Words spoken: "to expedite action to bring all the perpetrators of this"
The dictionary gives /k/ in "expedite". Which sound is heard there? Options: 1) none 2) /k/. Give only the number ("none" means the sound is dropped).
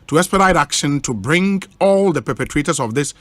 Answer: 1